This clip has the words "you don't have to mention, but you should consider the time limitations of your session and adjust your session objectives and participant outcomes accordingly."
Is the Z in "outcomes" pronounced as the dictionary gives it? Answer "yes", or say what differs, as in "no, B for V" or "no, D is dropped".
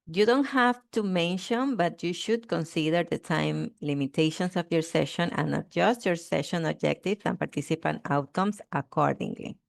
no, S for Z